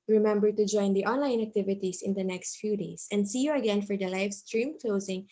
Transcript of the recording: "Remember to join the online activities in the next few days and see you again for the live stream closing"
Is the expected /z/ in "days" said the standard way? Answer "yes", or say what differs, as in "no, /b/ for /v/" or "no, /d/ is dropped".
no, /s/ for /z/